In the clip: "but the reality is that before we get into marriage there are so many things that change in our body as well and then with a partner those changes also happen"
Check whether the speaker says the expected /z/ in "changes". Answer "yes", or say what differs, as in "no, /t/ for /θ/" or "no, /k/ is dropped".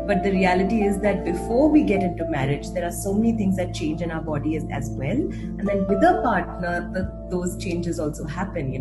yes